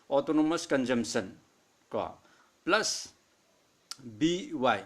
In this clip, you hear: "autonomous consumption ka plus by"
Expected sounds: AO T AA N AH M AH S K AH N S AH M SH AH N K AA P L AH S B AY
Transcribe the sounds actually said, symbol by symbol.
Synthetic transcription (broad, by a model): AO T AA N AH M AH S K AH N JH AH M S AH N K AA P L AH S B AY